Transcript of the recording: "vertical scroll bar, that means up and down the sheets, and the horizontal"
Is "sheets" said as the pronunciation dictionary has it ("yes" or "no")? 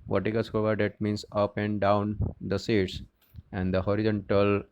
no